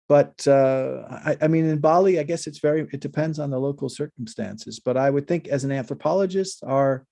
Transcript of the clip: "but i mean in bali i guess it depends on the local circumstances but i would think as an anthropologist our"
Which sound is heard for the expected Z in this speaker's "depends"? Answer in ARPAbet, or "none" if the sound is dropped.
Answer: Z